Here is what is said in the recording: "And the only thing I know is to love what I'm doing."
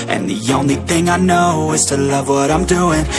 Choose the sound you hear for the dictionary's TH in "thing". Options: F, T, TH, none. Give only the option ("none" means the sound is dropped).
TH